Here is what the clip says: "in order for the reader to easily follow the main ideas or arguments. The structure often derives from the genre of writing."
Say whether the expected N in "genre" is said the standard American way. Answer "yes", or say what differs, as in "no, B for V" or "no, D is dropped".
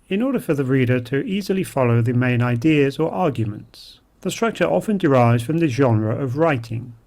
yes